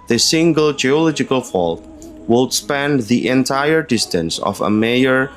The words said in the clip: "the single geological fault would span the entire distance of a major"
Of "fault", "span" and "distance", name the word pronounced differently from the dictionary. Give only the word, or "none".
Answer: none